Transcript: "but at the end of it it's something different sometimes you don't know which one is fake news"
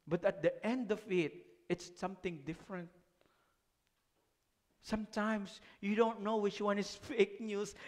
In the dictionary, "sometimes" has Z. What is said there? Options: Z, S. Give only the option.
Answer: S